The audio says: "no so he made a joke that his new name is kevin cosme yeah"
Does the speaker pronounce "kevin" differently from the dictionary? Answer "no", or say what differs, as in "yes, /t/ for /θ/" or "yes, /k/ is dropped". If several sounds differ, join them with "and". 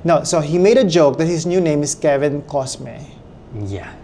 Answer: no